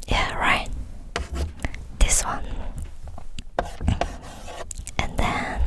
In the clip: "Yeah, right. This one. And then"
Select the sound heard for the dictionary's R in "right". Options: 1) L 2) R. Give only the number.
2